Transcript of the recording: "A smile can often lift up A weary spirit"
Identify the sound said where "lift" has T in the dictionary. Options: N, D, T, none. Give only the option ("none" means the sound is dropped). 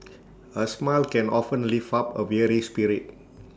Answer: none